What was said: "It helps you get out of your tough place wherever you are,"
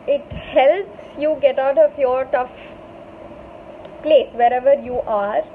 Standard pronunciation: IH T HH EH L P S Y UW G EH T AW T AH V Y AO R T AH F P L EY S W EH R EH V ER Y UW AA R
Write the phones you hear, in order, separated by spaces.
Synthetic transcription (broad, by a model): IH T HH EH L P S Y UW G EH T AW T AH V Y AO R T AH F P L EY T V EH R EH V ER Y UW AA R